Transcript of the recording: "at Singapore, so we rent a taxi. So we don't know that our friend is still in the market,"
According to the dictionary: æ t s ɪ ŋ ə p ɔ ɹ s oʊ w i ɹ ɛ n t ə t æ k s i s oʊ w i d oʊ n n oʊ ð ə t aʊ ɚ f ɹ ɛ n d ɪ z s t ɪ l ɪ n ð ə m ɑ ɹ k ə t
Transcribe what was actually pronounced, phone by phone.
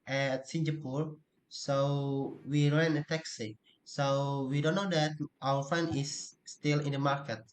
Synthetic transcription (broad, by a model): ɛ t s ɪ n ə p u ɹ s oʊ w i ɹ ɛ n ə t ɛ k s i s oʊ w i d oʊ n n oʊ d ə t aʊ ɚ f ɛ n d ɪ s t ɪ l ɪ n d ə m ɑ ɹ k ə t